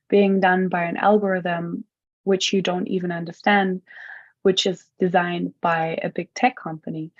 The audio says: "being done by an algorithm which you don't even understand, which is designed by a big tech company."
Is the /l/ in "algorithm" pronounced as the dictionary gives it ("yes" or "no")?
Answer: yes